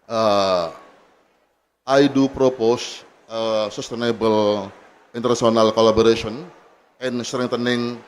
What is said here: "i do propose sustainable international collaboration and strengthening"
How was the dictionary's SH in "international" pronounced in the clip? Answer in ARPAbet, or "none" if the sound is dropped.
S